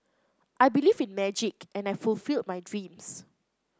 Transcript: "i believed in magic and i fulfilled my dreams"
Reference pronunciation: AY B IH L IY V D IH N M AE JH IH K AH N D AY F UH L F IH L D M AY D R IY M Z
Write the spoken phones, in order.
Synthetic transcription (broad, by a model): AY B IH L IY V IH N M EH JH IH K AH N AY F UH L F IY L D M AY D R IY M S